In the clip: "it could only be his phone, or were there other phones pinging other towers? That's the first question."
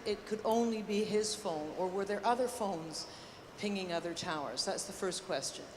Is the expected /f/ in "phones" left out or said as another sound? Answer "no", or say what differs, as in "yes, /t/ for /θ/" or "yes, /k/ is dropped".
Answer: no